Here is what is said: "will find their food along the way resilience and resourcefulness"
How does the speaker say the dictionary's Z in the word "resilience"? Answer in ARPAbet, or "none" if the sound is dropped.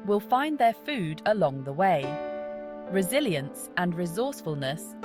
Z